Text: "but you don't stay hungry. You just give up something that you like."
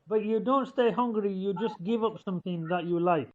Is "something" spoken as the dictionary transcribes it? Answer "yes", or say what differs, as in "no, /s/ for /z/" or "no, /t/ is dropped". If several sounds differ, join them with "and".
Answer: yes